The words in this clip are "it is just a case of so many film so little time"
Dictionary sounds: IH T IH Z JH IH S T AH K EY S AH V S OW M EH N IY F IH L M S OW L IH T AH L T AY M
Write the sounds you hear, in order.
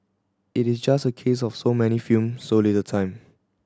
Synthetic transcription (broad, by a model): IH T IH S JH IH S T AH K EY S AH F S OW M EH N IY F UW M S OW L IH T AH T AY M